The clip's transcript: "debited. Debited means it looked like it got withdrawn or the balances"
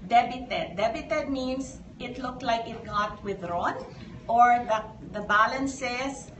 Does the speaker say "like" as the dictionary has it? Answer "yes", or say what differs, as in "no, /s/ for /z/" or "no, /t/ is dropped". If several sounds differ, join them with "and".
yes